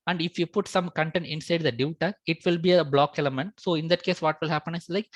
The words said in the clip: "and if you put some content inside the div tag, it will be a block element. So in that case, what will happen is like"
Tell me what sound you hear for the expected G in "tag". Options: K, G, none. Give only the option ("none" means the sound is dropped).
none